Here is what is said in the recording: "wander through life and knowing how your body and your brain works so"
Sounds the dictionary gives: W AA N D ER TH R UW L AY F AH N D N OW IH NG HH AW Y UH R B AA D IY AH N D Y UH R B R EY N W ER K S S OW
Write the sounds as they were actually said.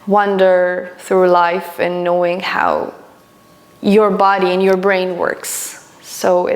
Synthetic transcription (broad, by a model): W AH N D ER TH R UW L AY F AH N N OW IH NG HH AW Y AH R B AA D IY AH N Y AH R B R EY N W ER K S S OW